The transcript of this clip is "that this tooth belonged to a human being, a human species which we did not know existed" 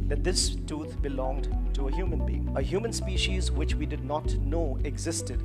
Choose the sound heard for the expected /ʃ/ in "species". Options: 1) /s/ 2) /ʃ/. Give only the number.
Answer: 2